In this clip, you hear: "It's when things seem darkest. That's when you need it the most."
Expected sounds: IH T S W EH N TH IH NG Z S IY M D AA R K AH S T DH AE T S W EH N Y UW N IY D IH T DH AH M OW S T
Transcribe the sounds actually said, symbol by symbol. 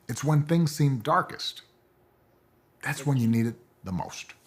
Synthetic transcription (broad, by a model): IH T S W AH N TH IH NG Z S IY M D AA R K AH S T DH AE T S W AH N Y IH N IY D IH T DH AH M OW S T